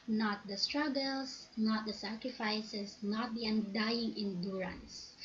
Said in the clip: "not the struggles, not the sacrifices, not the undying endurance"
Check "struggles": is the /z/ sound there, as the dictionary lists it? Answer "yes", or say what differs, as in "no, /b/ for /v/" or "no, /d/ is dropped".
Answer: no, /s/ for /z/